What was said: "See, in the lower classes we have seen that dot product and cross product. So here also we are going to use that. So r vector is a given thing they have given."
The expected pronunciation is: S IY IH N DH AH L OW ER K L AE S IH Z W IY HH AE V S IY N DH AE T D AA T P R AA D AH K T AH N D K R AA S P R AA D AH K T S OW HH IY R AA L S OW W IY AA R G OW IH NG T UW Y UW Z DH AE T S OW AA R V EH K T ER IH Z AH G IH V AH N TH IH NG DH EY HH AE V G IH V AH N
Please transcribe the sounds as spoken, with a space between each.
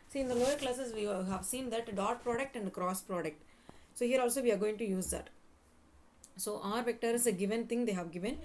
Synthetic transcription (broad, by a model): S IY IH N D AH L OW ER K L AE S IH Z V IY HH AE V S IY N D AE T D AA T P R AA D AH K T AH N D K R AA S P R AA D AH K T S OW HH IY R AA L S OW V IY AA R G OW IH NG T UW Y UW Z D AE T S OW AA R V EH K T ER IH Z AH G IH V AH N T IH NG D EY HH AE V G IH V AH N